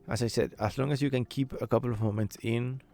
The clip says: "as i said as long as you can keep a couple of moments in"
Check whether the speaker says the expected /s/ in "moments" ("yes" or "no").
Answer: no